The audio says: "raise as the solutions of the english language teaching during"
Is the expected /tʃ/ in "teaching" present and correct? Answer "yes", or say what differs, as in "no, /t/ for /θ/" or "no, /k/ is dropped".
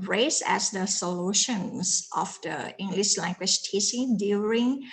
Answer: no, /s/ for /tʃ/